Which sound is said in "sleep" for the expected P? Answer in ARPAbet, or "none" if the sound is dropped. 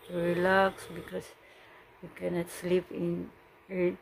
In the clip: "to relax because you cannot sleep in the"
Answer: P